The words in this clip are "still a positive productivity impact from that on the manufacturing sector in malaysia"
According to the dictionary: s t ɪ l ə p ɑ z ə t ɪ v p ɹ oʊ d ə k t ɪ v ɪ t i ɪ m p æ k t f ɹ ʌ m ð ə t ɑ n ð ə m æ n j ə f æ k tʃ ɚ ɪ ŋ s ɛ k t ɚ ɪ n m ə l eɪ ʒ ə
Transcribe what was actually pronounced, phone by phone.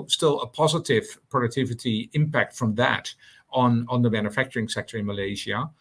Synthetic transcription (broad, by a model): s t ɪ l ə p ɑ z ə t ɪ v p ɹ oʊ d ə k t ɪ v ɪ t i ɪ m p æ k t f ɹ ʌ m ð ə t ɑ n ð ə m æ n j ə f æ k tʃ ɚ ɪ ŋ s ɛ k t ɚ ɪ n m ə l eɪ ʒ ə